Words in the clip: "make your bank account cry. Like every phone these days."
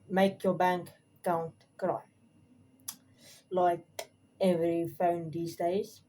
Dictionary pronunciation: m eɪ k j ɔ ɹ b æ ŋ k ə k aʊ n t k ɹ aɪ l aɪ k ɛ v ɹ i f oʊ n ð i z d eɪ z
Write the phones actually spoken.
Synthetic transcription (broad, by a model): m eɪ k j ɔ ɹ b æ ŋ k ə ʊ n t k ɹ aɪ l aɪ k ɛ v ɹ i f oʊ n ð i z d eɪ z